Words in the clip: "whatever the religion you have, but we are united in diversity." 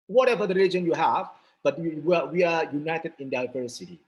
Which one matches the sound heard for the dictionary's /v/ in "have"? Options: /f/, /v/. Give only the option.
/v/